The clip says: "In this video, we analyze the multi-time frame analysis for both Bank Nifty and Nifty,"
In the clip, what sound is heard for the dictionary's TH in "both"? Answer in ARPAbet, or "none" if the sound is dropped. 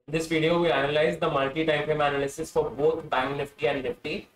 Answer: T